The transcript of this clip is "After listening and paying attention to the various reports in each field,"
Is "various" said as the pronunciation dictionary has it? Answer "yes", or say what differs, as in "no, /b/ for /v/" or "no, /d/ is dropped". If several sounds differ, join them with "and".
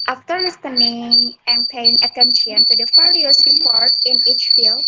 no, /f/ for /v/